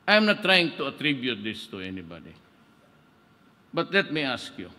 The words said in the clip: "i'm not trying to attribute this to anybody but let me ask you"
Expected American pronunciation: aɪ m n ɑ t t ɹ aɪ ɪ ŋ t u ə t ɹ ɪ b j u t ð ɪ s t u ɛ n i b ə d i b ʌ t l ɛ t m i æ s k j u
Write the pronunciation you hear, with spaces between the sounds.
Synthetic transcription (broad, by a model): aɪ m n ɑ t t ɹ aɪ ɪ ŋ t u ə t ɹ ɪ b j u t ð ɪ s t u ɛ n i b ə d i b ʌ t l ɛ t m i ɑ s k j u